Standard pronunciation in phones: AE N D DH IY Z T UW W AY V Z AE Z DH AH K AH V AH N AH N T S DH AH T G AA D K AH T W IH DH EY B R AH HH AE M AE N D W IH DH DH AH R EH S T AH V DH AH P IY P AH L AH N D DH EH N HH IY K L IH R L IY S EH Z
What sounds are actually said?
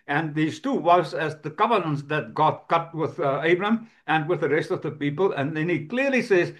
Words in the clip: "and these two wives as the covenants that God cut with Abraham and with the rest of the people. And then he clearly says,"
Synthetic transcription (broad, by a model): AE N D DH IY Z T UW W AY Z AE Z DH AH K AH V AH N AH N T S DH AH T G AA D K AH T W IH DH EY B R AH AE M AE N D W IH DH DH AH R EH S T AH V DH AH P IY P AH L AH N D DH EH N HH IY K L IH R L IY S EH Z